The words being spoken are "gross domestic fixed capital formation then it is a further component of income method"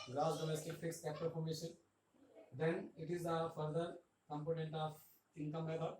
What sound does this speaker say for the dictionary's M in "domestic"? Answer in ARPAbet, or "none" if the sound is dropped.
M